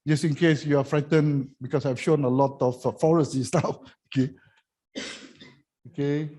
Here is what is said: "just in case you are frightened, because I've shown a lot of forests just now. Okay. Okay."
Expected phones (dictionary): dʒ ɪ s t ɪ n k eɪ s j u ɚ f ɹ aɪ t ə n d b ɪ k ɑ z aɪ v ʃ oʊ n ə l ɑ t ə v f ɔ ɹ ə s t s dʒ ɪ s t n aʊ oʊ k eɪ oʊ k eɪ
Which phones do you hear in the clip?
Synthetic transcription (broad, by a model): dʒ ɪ s ɪ n k eɪ s j u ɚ f ɹ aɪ t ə n b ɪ k ɑ s aɪ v ʃ oʊ n ə l ɑ t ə f f ɔ ɹ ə s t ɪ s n aʊ oʊ k eɪ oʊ k eɪ